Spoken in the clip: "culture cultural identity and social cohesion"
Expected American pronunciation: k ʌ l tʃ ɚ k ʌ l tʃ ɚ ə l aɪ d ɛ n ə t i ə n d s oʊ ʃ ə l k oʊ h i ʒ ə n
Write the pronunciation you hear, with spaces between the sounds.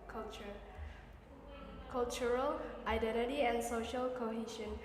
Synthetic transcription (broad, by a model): k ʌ l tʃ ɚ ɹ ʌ l ɑ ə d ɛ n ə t i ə n s oʊ ʃ ə l k oʊ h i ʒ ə n